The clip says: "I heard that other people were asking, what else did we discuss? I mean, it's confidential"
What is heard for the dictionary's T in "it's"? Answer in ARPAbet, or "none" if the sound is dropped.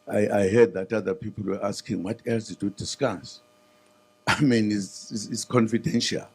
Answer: S